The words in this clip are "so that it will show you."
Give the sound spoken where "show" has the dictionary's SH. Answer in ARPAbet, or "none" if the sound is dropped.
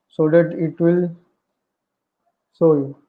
S